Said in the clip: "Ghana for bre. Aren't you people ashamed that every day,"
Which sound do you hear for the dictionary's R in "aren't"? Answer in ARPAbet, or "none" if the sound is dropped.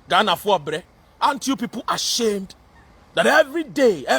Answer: none